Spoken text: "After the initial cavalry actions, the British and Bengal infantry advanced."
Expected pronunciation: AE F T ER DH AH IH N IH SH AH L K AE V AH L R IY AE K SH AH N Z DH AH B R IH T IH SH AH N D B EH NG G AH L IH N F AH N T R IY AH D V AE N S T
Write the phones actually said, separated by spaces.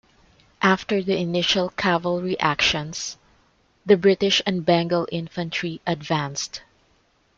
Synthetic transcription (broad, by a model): AE F T ER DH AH IH N IH SH AH L K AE V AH L R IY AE K SH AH N S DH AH B R IH T IH SH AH N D B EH NG G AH L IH N F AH N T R IY AH D V AE N S T